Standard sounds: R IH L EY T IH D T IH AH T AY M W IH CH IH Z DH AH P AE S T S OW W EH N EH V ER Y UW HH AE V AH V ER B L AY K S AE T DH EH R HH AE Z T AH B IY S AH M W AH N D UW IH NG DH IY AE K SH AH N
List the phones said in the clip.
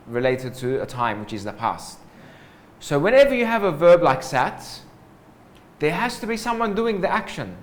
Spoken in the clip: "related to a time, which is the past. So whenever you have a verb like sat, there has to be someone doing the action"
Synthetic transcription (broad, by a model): R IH L EY T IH D T IH AH T AY M W IH CH IH Z DH AH P AE S T S OW W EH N EH V ER Y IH V AH V ER B L AY K S AE T DH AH R HH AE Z T AH B IY S AH M W AH N D UW IH NG DH IY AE K SH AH N